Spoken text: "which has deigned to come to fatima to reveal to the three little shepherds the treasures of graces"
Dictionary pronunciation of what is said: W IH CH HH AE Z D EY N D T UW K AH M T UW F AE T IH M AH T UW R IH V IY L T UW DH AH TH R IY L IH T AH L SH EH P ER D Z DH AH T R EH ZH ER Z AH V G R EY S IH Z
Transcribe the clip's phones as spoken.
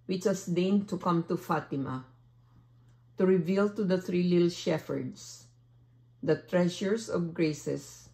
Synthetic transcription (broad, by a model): W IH CH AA S D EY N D T UW K AH M T UW F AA T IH M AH T UW R IH V IY L T UW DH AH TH R IY L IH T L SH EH F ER D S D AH T R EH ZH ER S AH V G R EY S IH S